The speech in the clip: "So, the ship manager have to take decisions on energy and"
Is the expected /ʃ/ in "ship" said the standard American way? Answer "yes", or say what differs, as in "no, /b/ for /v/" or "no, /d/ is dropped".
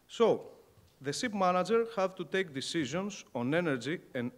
no, /s/ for /ʃ/